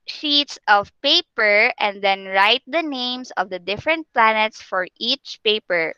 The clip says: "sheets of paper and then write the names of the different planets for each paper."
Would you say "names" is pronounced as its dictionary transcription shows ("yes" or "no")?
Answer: no